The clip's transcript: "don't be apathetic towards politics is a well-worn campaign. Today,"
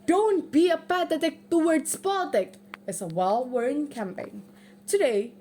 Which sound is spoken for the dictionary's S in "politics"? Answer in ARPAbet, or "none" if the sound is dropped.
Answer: none